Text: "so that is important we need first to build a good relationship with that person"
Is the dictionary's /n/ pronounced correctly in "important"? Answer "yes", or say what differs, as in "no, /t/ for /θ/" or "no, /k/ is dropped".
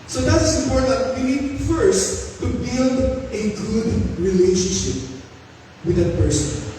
no, /n/ is dropped